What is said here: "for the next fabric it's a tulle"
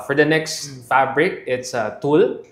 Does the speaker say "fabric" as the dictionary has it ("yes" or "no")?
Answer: yes